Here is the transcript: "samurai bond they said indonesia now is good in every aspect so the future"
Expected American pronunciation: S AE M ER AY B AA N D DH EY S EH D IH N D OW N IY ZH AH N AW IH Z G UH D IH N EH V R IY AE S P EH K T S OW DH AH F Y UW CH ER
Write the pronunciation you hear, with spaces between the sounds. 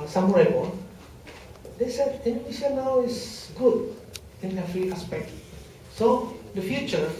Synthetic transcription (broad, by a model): S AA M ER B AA D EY S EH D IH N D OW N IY SH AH N AW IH S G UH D IH N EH F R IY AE S P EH K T S OW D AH F Y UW CH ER